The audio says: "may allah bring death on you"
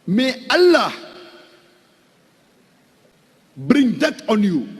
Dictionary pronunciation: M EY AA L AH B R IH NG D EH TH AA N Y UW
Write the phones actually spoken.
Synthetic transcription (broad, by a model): M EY AA L AH B R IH NG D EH T AA N Y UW